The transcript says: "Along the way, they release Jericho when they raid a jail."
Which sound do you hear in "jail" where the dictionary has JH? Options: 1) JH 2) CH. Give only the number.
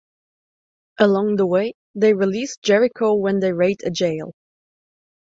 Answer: 1